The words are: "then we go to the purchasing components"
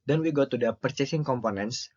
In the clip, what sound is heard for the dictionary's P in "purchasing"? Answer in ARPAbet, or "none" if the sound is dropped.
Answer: P